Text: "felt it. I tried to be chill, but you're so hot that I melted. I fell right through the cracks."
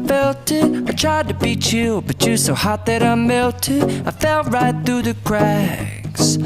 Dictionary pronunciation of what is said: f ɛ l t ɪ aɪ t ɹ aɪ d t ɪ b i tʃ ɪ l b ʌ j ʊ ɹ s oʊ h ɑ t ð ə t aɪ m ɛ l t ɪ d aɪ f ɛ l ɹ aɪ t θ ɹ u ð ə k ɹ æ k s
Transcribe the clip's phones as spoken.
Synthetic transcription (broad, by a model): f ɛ l t ɪ aɪ t ɹ aɪ d t ɪ b i tʃ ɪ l b ʌ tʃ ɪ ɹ s oʊ h ɑ t ð ə t aɪ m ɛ l t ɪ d aɪ f ɛ l ɹ aɪ t θ ɹ u ð ə k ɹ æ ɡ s